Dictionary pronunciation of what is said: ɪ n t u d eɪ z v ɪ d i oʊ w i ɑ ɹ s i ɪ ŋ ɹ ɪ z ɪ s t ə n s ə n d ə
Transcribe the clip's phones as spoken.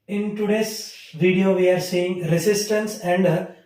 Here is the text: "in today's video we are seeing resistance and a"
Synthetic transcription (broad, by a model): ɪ n t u d eɪ s v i d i oʊ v i ɑ ɹ s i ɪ ŋ ɹ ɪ s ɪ s t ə n s ə n d